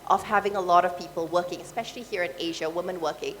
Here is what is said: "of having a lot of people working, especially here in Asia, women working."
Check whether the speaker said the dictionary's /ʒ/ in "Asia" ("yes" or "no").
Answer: yes